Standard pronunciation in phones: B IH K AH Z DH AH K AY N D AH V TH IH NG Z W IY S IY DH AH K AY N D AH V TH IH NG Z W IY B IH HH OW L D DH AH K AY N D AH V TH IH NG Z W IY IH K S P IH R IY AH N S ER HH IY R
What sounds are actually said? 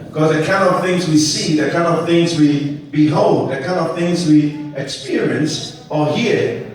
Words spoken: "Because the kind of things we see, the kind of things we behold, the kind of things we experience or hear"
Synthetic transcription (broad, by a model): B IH K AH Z DH AH K AY N D AH V TH IH NG Z W IY S IY DH AH K AY N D AH V TH IH NG Z W IY B IH HH OW L D DH AH K AY N D AH V TH IH NG Z W IY IH K S P IH R IY AH N S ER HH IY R